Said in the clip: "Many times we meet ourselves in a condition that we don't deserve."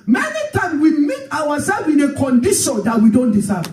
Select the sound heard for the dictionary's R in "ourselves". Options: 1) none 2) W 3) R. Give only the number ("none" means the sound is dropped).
2